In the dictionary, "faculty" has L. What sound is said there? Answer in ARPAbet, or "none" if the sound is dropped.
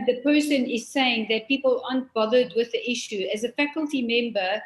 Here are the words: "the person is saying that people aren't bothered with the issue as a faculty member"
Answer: L